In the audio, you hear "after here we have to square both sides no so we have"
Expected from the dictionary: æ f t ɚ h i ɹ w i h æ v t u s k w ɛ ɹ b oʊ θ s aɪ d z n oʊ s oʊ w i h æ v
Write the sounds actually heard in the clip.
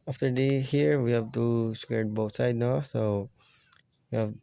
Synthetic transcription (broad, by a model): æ f t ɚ h i ɹ w i h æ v t u s k w ɛ ɹ b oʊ t s aɪ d n oʊ s oʊ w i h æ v